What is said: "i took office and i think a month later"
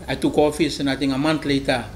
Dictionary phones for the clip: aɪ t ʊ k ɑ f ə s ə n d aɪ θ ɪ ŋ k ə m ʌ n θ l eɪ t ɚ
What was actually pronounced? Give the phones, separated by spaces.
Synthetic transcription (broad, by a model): aɪ t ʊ k ɑ f ə s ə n aɪ t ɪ ŋ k ə m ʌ n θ l eɪ t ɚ